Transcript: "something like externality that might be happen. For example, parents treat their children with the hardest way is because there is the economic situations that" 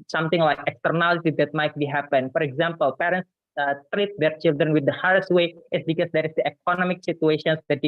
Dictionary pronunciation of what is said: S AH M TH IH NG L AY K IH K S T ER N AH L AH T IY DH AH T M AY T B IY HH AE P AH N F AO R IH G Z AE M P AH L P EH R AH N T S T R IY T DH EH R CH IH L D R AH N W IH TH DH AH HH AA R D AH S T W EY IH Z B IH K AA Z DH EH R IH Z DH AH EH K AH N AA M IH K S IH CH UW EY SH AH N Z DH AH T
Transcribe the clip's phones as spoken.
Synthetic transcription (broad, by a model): S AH M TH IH NG L AY K IH K S T ER N AH L AH T IY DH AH T M AY T B IY HH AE P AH N F AO R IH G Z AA M P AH L P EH R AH N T S T R IY T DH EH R CH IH L D R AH N W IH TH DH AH HH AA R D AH S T W EY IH S B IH K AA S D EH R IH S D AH EH K AH N AA M IH K S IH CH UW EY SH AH N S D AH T